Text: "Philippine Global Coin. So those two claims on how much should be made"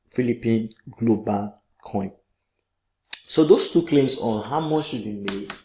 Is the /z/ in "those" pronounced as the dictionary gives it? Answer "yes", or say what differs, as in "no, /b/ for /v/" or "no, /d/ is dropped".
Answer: no, /s/ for /z/